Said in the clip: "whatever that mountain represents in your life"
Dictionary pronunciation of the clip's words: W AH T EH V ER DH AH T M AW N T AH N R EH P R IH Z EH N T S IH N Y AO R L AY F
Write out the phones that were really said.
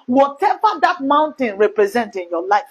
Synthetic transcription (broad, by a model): W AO T EH V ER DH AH T M AW N T AH N R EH P R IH Z EH N T IH N Y AO L AY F